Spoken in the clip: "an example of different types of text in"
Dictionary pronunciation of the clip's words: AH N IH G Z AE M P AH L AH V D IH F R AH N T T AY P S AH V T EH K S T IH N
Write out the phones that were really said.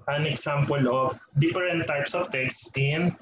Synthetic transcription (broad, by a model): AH N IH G S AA M P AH L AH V D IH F R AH N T T AY P S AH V T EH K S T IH N